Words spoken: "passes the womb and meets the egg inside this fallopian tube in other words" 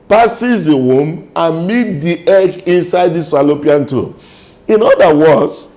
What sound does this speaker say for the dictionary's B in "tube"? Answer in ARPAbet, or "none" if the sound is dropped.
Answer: none